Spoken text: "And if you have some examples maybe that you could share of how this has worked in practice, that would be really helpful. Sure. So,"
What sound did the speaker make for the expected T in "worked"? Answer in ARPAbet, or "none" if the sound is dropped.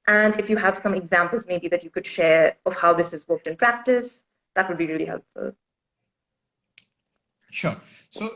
T